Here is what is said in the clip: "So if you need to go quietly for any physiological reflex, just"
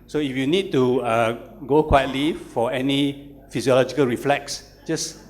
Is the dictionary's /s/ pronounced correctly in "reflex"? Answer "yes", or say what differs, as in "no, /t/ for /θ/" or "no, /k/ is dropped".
yes